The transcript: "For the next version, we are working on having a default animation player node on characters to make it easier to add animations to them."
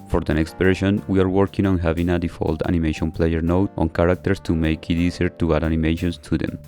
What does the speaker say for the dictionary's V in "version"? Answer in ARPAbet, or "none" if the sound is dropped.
P